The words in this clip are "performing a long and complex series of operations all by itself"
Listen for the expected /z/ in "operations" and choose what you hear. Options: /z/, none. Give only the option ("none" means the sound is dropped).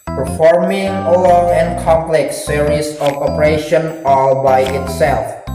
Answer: none